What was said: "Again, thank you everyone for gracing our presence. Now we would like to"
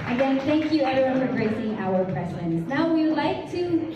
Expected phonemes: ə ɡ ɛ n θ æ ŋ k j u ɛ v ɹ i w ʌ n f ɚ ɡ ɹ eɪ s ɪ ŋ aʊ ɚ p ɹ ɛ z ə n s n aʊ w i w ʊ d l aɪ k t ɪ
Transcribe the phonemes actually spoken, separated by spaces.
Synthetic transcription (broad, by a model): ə ɡ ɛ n θ æ ŋ k j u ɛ ɹ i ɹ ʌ f ɚ ɡ ɹ eɪ s ɪ ŋ aʊ ɚ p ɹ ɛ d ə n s n aʊ w i w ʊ d l aɪ k t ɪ